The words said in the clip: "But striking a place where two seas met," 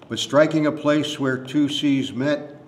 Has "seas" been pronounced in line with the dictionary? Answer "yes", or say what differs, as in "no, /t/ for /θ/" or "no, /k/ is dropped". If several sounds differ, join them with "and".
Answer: yes